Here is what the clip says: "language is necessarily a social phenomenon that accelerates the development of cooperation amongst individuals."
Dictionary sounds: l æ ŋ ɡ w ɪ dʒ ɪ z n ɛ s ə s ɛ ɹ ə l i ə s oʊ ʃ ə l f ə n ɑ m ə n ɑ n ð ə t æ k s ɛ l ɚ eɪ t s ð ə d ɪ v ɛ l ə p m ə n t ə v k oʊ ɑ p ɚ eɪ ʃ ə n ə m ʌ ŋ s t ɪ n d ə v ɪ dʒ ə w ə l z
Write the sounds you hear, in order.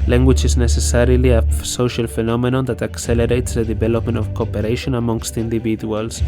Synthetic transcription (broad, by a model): l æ ŋ ɡ w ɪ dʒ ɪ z n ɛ s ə s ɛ ɹ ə l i ə s oʊ ʃ ə l f ə n ɑ m ə n ɑ n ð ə t æ k s ɛ l ɚ eɪ t s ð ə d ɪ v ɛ l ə p m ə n t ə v k oʊ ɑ p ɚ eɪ ʃ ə n ə m ʌ ŋ s t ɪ n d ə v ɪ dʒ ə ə l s